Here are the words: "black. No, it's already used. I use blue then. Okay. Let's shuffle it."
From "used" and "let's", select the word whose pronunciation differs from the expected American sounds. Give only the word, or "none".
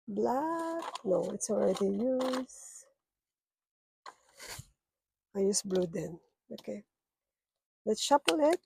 used